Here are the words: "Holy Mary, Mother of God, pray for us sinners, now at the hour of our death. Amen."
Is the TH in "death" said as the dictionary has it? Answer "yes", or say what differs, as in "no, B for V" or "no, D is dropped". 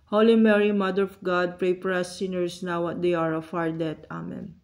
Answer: no, T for TH